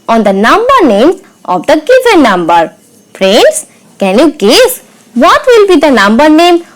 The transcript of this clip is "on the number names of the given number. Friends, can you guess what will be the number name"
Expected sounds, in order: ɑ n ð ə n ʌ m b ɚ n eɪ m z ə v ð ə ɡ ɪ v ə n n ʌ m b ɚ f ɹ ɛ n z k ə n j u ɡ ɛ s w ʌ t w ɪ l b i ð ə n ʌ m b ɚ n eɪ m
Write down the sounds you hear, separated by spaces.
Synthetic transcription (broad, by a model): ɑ n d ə n ʌ m b ɚ n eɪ m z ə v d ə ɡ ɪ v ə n n ʌ m b ɚ p ɹ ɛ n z k ə n j u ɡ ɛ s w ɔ t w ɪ l b i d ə n ʌ m b ɚ n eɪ m